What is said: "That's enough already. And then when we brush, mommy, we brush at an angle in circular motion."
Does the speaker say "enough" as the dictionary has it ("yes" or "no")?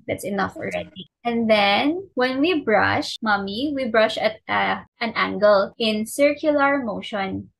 yes